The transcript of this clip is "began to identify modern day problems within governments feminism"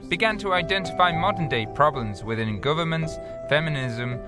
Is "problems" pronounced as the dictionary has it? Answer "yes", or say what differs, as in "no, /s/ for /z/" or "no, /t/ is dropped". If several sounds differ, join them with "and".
yes